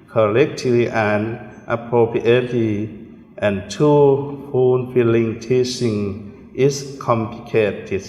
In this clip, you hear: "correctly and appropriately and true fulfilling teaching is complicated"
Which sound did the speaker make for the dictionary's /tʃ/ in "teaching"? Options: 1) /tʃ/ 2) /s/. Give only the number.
2